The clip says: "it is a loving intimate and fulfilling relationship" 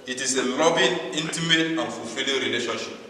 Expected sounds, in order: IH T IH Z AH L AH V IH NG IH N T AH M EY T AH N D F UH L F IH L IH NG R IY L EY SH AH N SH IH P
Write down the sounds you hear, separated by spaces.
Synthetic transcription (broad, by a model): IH T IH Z AH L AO B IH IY N T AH M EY T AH N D F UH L F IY L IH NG R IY L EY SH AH N SH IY P